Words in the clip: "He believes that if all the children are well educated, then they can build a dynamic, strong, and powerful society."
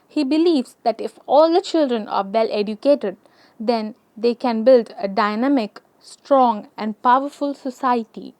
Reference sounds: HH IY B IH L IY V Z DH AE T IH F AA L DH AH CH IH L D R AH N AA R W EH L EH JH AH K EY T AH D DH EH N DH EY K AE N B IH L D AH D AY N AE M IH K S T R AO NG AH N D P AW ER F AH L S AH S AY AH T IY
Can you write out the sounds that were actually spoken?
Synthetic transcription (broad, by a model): HH IY B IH L IY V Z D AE T IH F AA L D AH CH IH L D R AH N AA R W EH L EH JH AH K EY T AH D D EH N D EY K AE N B IH L D AH D AY N AE M IH K S T R AO NG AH N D P AW ER F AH L S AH S AY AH T IY